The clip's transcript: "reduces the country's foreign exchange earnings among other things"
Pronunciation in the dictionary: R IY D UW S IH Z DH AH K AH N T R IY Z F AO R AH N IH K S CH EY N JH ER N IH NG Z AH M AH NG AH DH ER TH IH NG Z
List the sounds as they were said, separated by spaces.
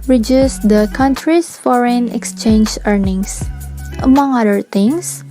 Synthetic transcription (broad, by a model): R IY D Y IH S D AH K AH N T R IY S F AO R AH N IH K S CH EY N JH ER N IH NG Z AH M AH NG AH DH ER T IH NG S